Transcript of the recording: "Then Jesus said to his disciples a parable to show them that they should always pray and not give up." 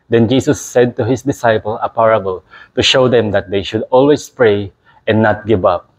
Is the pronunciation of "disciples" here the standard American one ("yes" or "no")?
no